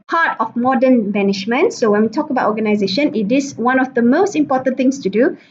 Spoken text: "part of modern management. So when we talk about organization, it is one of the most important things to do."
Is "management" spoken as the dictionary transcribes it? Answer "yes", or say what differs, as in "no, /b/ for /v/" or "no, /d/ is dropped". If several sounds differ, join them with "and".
no, /ʃ/ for /dʒ/